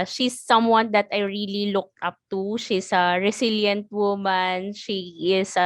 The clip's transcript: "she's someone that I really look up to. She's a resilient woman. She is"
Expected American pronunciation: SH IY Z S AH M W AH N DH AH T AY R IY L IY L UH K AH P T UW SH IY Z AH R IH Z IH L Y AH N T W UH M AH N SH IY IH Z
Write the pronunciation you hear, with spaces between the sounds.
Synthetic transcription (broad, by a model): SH IY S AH M W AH N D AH T AY R IY L IY L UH K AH P T UW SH IY S AH R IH S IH L Y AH N T W UH M AH N SH IY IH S